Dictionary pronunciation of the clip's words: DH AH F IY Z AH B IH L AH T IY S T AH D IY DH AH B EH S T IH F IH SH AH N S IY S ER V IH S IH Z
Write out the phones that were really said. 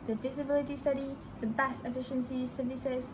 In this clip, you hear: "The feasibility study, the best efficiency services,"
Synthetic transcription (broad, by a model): DH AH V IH Z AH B IH L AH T IY S T AH D IY DH AH B EH S T IH F IH SH AH N S IY S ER V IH S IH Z